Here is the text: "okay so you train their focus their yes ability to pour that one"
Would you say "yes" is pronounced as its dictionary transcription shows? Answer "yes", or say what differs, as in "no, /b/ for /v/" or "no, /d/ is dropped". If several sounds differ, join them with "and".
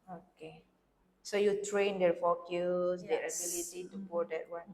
no, /s/ is dropped